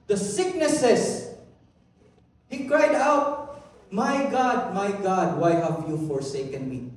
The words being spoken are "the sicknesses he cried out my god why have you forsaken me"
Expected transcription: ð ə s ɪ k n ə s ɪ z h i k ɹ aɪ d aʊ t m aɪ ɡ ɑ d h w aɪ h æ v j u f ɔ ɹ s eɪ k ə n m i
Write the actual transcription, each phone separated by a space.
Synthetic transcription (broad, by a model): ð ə s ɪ k n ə s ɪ s h i k ɹ aɪ d aʊ t m aɪ ɡ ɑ d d w aɪ h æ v j u f ɔ ɹ s eɪ k ə n m i